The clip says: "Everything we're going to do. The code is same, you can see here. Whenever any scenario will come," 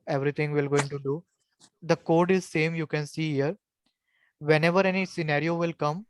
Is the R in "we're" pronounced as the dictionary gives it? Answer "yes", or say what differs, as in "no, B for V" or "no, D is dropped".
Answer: no, L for R